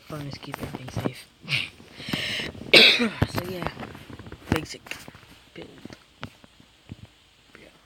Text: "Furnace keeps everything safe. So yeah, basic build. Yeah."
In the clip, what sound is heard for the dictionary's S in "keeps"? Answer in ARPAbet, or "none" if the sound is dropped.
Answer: none